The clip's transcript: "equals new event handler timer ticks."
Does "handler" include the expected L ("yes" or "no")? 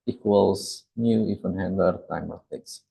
no